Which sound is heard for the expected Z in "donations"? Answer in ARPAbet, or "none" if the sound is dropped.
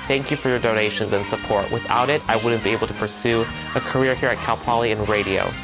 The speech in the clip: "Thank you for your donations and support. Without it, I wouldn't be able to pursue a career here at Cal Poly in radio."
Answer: Z